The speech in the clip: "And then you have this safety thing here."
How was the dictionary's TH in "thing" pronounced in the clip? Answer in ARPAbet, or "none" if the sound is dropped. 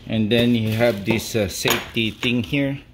T